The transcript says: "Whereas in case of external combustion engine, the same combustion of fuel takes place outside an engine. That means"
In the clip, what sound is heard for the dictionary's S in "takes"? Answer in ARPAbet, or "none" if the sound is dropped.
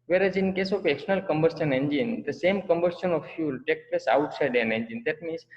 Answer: none